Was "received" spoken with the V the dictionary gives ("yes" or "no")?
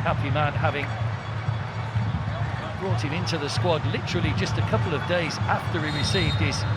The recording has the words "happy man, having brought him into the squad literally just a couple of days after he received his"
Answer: yes